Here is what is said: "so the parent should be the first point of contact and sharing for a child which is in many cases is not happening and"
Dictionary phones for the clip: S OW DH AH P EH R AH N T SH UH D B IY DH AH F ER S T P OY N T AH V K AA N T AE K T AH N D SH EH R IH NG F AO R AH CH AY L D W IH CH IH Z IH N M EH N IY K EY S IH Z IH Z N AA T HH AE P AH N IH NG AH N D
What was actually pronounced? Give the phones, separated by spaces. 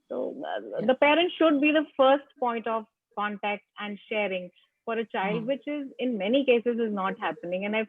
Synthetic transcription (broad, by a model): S OW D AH P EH R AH N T SH UH D B IY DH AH F ER S T P OY N T AH V K AA N T AE K T AH N D SH EH R IH NG F AO R AH CH AY L D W IH CH IH Z IH N M EH N IY K EY S IH Z IH Z N AA T HH AE P AH N IH NG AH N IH